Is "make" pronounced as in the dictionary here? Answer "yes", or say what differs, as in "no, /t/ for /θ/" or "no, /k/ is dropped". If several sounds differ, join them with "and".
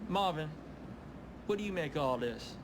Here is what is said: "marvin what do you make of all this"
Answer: no, /k/ is dropped